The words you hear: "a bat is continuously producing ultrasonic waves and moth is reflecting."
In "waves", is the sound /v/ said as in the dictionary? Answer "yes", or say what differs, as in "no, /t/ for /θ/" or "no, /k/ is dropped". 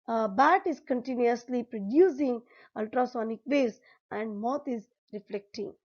no, /v/ is dropped